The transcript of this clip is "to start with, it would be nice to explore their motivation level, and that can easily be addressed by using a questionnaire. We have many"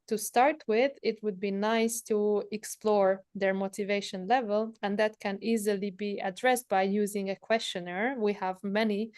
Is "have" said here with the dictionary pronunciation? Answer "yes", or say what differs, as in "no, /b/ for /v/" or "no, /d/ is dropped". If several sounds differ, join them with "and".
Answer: yes